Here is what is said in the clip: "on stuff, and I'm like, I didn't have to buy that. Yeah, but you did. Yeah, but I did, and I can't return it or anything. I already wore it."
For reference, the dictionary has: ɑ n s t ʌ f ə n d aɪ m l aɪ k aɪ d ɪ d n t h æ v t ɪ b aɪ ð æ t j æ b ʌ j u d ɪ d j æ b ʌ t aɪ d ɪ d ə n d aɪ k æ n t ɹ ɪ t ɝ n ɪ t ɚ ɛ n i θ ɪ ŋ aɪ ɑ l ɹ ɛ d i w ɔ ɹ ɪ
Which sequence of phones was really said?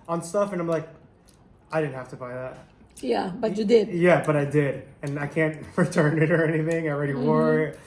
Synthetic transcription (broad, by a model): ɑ n s t ʌ f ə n aɪ m l aɪ k aɪ d ɪ d n t h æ f t ɪ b aɪ ð æ t j æ b ʌ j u d ɪ d j æ b ʌ t aɪ d ɪ d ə n aɪ k æ n t ɹ ɪ t ɝ n ɪ t ɚ ɛ n i θ ɪ ŋ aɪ ɑ l ɹ ɛ d i w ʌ ɹ